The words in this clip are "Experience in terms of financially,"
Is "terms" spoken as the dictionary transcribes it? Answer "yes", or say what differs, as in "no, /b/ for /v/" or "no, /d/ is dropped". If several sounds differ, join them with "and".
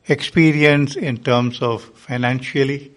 no, /s/ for /z/